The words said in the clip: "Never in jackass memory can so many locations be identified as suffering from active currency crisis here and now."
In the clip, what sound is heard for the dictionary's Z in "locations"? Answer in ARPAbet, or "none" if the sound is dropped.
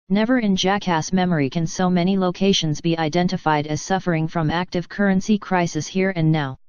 Z